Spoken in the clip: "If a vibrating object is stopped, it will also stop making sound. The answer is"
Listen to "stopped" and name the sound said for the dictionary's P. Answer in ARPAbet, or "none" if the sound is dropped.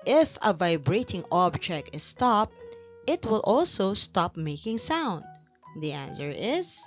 P